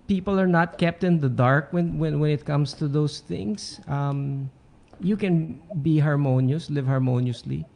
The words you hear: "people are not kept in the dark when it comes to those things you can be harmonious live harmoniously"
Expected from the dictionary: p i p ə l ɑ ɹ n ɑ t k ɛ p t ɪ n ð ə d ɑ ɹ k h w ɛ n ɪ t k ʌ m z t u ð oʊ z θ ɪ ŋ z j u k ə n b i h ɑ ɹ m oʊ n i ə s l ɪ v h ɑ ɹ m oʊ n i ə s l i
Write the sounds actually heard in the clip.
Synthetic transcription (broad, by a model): p i p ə l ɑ ɹ n ɑ t k ɛ p t ɪ n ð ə d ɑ ɹ k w w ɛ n ɪ t k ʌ m s t u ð oʊ s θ ɪ ŋ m j u k ə n b i h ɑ ɹ m oʊ n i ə s l ɪ v h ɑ ɹ m oʊ n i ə s l i